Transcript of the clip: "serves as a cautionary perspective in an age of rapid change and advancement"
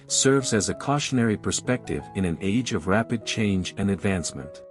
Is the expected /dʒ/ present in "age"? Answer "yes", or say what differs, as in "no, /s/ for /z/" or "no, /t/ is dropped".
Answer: yes